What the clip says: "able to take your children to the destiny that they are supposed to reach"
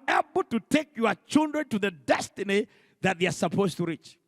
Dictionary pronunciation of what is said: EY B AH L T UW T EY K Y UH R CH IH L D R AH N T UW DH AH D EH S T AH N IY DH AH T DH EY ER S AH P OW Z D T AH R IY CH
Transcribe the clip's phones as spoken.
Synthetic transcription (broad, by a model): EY B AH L T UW T EY K Y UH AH CH IH L D R AH N T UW DH AH D EH S T AH N IY DH AH T DH EY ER S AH P OW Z T AH R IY CH